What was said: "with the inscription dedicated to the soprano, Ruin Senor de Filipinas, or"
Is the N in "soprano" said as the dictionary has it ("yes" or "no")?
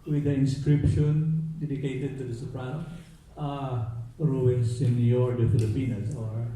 no